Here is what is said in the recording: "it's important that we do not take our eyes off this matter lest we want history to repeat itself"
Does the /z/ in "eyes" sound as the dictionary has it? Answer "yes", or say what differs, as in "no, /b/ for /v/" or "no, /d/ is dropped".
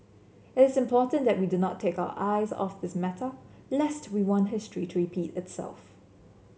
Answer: yes